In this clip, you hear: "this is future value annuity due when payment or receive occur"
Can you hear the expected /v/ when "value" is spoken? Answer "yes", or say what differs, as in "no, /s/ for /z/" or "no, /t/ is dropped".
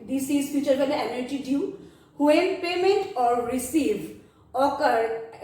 no, /b/ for /v/